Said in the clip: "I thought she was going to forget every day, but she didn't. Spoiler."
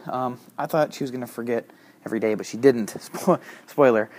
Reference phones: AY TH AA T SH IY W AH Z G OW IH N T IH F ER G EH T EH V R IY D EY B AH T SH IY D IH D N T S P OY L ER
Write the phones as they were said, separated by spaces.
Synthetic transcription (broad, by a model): AY TH AA T SH IY W AH Z G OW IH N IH F ER G EH T EH V R IY D EY B AH T SH IY D IH D N T S P OY L ER